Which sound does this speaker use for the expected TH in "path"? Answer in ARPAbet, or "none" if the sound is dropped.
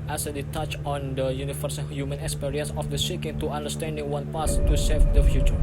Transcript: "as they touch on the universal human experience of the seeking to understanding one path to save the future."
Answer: S